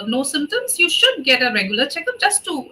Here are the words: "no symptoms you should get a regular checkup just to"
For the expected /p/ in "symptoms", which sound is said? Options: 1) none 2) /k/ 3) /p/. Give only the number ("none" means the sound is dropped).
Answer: 1